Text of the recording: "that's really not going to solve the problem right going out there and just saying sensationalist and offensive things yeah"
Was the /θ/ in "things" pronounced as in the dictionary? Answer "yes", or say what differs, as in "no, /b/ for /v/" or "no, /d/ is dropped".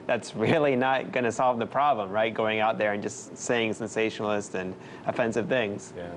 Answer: yes